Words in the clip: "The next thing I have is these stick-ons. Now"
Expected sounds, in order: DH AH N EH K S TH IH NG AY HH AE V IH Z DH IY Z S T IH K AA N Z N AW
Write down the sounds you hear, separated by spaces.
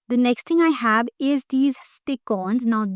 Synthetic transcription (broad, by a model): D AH N EH K S T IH NG AY HH AE V IH Z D IY Z S T IH K AA N Z N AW